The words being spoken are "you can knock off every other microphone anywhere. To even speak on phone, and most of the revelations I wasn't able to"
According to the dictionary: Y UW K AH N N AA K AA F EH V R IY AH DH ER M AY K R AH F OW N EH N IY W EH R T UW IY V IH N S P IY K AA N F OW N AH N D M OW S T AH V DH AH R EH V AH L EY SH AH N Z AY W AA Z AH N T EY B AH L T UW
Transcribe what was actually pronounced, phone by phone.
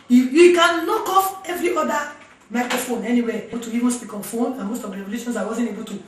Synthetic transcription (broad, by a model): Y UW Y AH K N AA K AA F EH V R IY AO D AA M AY K R AH F OW N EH N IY W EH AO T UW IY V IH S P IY K AA N F OW N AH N M OW S T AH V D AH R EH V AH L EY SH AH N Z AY W AA Z AH N T EY B AH L T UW